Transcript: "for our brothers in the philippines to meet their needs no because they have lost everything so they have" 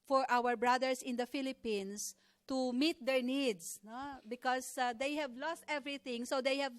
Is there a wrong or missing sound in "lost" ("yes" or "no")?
no